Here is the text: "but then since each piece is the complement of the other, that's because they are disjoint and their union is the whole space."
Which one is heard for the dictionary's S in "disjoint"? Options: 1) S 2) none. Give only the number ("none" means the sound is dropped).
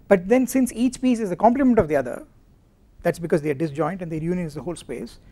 1